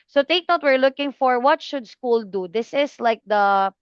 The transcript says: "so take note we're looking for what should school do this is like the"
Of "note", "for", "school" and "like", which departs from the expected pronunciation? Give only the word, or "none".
none